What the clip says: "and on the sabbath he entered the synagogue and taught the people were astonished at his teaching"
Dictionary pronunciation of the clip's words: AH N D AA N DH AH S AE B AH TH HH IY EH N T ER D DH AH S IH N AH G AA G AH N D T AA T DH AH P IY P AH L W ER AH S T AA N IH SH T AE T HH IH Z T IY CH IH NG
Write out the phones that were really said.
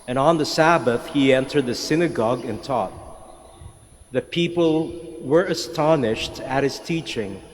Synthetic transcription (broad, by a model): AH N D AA N DH AH S AE B AH TH HH IY EH N T ER D DH AH S IH N AH G AA G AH N T AA T DH AH P IY P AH L W ER AH S T AA N IH SH T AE T HH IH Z T IY CH IH NG